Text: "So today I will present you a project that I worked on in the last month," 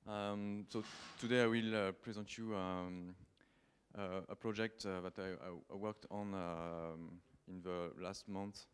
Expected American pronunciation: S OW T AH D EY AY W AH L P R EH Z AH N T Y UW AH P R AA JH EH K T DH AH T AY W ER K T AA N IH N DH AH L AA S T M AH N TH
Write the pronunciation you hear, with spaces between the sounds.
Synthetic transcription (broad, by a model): S OW T AH D EY AY W AH L P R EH Z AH N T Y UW AH P R AA JH EH K T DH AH T AY W ER K T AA N IH N DH AH L AA S T M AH N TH